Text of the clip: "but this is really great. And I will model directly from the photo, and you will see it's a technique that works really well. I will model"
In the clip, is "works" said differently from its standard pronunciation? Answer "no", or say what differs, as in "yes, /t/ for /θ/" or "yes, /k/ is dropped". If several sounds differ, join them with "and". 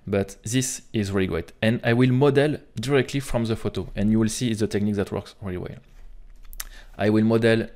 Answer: no